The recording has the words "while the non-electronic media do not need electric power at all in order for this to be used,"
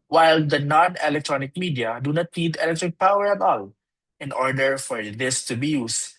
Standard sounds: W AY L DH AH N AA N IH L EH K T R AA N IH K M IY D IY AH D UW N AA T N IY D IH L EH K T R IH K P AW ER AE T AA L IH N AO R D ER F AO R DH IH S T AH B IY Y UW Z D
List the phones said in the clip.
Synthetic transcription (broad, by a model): W AY L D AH N AA N IH L EH K T R AA N IH K M IY D IY AH D UW N AA T L IY D IH L EH K T R IH K P AW ER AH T AA L IH N AO R D ER F AO R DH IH S T AH B IY Y UW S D